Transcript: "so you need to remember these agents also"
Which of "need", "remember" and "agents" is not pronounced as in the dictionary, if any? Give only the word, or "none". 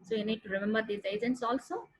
agents